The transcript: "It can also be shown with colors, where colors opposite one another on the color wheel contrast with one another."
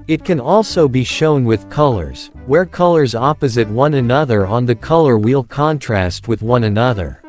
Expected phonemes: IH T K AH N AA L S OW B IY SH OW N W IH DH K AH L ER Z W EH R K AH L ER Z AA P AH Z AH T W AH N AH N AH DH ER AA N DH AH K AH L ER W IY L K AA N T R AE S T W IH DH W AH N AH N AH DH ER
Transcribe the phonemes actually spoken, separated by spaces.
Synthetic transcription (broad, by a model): IH T K AH N AA L S OW B IY SH OW N W IH DH K AH L ER Z W EH R K AH L ER Z AA P AH Z AH T W AH N AH N AH DH ER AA N DH AH K AH L ER W IY L K AA N T R AE S T W IH DH W AH N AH N AH DH ER